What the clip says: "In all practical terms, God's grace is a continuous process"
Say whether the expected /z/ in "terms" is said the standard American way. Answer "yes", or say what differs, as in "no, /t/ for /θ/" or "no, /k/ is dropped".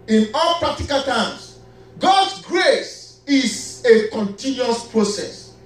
no, /s/ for /z/